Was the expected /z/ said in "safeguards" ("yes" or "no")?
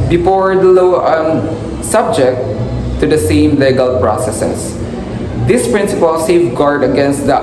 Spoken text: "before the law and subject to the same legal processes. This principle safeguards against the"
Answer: no